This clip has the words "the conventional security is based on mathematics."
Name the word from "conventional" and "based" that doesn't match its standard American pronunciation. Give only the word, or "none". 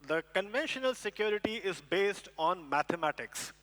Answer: none